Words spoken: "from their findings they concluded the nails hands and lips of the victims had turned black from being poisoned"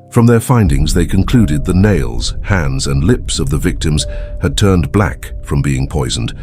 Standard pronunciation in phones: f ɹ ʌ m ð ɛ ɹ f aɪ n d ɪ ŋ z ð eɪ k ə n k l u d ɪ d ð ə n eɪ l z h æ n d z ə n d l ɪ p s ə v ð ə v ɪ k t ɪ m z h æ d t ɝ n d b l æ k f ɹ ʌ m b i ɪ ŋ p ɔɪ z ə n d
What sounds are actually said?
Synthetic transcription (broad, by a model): f ɹ ʌ m ð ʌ ɹ f aɪ n d ɪ ŋ z ð eɪ k ə n k l u d ɪ d ð ə n eɪ l z h æ n d z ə n l ɪ p s ə v ð ə v ɪ k t ɪ m z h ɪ d t ɝ n b l æ k f ɹ ʌ m b i ɪ ŋ p ɔɪ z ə n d